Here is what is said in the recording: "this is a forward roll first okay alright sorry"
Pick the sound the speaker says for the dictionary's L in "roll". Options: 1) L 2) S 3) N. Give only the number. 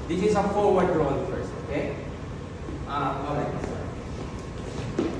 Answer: 3